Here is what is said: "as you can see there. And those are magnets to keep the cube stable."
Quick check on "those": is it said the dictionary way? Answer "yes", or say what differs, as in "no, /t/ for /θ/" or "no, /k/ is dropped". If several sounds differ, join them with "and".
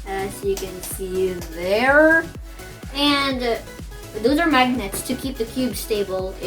yes